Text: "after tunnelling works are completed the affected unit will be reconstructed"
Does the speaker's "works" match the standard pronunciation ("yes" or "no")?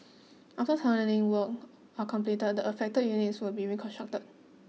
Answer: no